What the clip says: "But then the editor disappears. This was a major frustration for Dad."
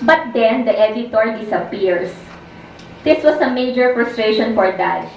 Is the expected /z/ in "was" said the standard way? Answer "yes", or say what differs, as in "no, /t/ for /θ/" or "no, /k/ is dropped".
no, /s/ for /z/